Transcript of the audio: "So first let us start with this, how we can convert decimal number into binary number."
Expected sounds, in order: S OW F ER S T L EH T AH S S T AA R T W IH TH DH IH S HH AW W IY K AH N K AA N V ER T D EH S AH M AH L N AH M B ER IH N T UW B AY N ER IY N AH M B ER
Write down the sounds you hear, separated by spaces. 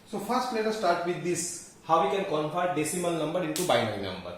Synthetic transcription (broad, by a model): S OW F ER S T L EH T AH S S T AA R T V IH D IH S HH AW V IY K AH N K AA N F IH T D EH S AH M AH L N AH M B ER IH N T UW B AY N ER IY N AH M B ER